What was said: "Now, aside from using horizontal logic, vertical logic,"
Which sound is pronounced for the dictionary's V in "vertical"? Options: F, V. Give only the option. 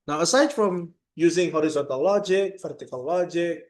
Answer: F